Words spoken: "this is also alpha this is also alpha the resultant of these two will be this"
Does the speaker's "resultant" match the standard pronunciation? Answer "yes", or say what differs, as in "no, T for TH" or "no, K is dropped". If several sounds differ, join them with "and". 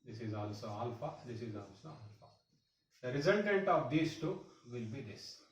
no, N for L